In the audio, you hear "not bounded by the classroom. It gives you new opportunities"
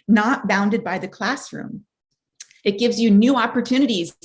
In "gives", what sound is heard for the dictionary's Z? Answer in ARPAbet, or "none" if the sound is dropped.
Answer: Z